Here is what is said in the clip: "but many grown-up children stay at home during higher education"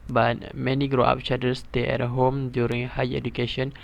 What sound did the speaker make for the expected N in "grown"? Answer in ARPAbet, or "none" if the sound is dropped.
none